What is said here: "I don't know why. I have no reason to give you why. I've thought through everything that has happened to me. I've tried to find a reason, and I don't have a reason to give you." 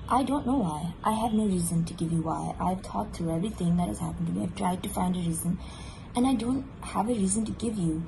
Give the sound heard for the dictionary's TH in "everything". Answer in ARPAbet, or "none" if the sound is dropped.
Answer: TH